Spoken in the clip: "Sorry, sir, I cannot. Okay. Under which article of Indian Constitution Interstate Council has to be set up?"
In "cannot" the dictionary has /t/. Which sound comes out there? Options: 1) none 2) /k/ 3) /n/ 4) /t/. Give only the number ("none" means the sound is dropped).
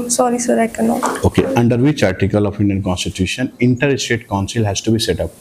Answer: 1